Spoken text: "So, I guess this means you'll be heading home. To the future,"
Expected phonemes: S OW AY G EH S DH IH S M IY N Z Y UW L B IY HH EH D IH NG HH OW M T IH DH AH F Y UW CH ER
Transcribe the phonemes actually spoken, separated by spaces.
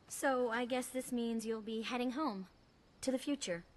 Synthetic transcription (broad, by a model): S OW AY G EH S DH IH S M IY N Z Y UW L B IY HH EH D IH NG HH OW M T IH DH AH F Y UW CH ER